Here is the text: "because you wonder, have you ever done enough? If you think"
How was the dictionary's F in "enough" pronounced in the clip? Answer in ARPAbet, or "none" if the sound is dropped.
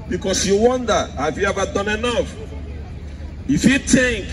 F